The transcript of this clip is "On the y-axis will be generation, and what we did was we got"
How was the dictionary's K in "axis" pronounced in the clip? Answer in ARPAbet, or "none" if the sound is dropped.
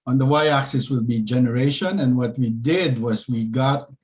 K